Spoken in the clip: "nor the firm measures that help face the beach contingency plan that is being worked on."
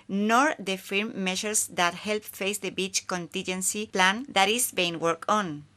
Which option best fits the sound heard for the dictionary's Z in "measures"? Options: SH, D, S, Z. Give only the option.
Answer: S